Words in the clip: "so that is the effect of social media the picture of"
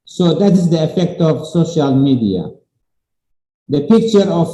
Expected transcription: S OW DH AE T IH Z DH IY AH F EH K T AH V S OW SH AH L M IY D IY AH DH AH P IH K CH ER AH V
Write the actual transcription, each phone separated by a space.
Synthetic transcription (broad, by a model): S OW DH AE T IH Z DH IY AH F EH K T AH V S OW SH AH L M IY D IY AH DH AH P IH K CH ER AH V